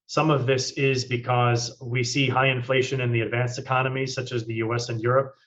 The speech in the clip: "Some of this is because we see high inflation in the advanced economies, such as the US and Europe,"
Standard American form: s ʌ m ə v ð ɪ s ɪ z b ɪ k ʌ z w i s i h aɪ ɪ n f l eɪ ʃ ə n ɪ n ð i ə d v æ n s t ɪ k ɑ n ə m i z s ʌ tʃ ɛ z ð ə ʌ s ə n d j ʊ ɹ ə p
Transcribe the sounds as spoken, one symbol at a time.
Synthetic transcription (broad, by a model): s ʌ m ə v ð ɪ s ɪ z b ɪ k ʌ z w i s i h aɪ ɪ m f l eɪ ʃ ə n ɪ n ð i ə d v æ n s ɪ k ɑ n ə m i s ʌ tʃ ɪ z ð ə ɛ s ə n j ʊ ɹ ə p